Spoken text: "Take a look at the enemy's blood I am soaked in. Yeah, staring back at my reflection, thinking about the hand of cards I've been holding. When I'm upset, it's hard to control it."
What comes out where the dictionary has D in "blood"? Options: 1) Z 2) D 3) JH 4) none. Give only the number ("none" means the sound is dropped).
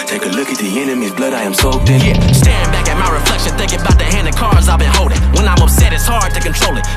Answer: 2